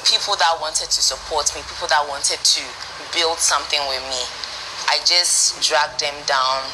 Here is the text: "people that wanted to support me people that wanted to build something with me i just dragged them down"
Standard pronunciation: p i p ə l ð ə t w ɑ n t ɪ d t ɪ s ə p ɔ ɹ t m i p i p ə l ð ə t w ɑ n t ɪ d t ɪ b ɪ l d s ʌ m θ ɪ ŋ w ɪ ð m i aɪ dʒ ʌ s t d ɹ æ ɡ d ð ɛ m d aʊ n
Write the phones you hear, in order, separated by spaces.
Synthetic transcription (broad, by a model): p i p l ð ə t w ɑ n t ɪ d t ɪ s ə p ɔ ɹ t m i p i p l ð ə t w ɑ n t ɪ d t ɪ b ɪ l d s ʌ m θ ɪ ŋ w ɪ ð m i aɪ dʒ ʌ s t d ɹ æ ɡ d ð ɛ m d aʊ n